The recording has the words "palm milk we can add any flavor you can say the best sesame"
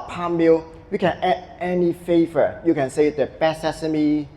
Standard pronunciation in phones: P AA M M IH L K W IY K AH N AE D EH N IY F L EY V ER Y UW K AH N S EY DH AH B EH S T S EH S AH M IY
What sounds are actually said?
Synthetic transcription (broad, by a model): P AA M M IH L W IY K AH N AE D EH N IY F EY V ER Y UW K AH N S EY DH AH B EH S S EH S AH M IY